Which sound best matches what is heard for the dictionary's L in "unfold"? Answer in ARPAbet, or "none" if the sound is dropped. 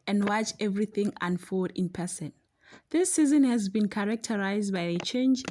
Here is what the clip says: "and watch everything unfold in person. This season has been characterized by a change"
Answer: none